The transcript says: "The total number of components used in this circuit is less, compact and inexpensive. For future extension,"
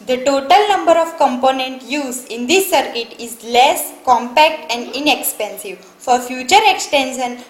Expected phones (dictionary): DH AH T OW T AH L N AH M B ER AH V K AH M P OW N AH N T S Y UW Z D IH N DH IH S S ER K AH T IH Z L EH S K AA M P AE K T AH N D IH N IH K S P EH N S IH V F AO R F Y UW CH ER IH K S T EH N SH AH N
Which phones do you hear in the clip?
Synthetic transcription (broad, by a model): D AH T OW T AH L N AH M B ER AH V K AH M P OW N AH N T Y UW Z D IH N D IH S S ER K AH T IH Z L EH S K AA M P AE K T AH N D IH N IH K S P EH N S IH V F AO R F Y UW CH ER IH K S T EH N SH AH N